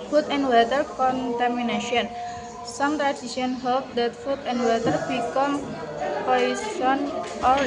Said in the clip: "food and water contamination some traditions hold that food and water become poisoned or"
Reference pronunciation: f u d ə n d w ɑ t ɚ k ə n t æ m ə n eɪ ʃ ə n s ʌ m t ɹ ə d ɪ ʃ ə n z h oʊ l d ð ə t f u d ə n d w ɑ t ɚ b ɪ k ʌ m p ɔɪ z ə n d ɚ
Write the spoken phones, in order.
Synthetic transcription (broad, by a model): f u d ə n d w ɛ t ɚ k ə n t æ m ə n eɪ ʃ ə n s ʌ m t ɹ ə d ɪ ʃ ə n h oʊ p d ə t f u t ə n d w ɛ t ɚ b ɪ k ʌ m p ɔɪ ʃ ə n ɔ